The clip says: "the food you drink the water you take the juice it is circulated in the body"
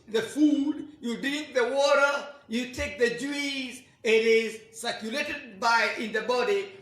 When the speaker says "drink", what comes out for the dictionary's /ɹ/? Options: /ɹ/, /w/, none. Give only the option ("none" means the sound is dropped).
none